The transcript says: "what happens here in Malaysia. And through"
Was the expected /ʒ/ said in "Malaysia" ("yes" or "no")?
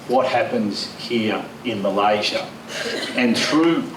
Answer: yes